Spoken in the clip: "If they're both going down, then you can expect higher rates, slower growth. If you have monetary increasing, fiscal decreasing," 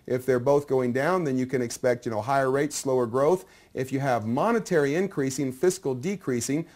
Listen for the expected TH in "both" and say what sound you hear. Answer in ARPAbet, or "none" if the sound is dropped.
TH